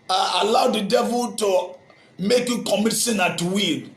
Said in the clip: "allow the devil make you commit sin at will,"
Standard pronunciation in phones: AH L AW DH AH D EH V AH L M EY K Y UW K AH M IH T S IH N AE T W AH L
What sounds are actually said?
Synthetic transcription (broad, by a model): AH L AW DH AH D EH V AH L M EY K Y UW K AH M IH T S IH N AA T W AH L